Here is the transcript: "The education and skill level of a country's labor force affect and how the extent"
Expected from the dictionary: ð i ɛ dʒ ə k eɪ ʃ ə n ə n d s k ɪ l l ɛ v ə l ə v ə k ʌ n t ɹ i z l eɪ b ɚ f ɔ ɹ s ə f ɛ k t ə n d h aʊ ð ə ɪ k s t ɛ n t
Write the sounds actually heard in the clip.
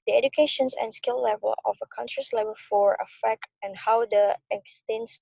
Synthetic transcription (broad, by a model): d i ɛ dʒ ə k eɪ ʃ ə n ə n s k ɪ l l ɛ v ə l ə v ə k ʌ n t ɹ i s l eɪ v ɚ f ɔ ɹ ə f ɛ k t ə n h aʊ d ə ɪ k s t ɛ n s